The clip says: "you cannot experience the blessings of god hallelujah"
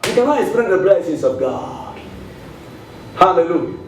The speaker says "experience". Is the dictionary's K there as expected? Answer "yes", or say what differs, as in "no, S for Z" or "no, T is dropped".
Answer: no, K is dropped